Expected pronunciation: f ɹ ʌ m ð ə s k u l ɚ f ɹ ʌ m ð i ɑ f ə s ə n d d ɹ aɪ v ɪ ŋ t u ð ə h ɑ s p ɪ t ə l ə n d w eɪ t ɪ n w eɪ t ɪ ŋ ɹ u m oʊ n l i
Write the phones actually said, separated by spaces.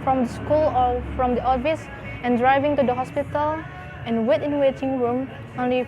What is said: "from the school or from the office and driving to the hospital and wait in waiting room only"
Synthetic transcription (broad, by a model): f ɹ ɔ m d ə s k u l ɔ f ɹ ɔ m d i ɑ f ə s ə n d d ɹ aɪ v ɪ ŋ t u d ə h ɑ s p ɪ t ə l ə n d w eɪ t ɪ n w eɪ t ɪ ŋ ɹ u m oʊ n l i